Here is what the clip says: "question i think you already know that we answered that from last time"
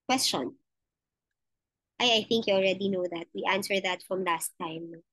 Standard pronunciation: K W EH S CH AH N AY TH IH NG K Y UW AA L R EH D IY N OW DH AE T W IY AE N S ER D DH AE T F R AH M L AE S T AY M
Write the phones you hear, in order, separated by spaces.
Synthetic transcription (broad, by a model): K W EH S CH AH N AY TH IH NG K Y UW AA L R EH D IY N OW DH AE T W IY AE N S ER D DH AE T F R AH M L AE S T AY M